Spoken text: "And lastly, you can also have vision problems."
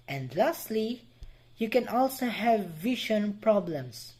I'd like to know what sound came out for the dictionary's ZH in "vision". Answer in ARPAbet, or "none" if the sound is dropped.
SH